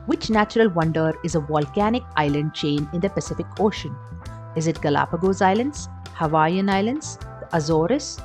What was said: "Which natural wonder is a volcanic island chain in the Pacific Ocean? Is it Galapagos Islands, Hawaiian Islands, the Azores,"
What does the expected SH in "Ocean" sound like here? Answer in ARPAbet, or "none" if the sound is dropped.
SH